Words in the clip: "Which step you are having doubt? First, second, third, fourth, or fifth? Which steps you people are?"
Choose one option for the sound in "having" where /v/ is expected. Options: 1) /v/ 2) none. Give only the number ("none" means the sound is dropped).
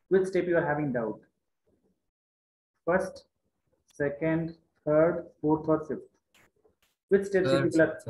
1